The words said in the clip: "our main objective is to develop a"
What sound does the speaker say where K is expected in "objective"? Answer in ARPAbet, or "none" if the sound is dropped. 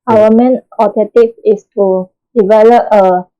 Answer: none